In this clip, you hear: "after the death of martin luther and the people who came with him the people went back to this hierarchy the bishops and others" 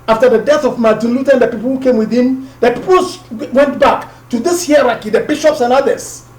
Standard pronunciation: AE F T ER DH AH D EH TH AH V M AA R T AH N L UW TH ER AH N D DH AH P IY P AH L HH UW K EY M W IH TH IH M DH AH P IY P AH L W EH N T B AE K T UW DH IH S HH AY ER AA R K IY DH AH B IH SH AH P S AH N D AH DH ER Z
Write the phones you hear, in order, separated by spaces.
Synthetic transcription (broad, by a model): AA F T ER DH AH D EH TH AH V M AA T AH L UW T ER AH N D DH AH P IY P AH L HH UW K EY M W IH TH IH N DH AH P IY P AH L W EH N T B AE K T UW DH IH S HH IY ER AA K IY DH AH B IH SH AH P S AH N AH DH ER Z